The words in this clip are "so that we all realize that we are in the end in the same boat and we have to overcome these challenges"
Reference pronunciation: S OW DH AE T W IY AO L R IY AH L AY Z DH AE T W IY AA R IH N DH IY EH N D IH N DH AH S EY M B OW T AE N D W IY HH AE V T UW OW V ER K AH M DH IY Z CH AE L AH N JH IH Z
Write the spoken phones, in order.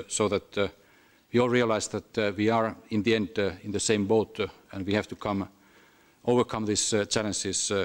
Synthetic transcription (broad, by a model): S OW DH AE T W IY AO L R IY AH L AY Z DH AE T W IY AA R IH N DH IY EH N D IH N DH AH S EY M B OW T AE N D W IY HH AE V T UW OW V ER K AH M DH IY S CH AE L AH N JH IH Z